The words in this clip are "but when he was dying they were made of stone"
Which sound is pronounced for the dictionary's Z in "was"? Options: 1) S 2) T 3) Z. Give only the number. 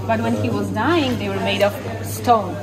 3